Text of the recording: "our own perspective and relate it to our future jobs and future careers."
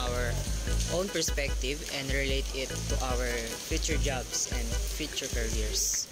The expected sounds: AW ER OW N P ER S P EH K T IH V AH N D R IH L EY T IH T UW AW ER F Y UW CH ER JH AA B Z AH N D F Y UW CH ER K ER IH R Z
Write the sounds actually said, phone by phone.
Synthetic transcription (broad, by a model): AW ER OW N P ER S P EH K T IH V AH N D R IH L EY T IH T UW AW ER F Y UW CH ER JH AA B S AH N D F Y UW CH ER K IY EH R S